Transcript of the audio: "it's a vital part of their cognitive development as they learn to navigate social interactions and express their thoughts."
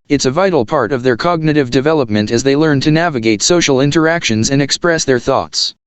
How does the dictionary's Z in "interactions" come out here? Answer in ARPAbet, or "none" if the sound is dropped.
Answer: Z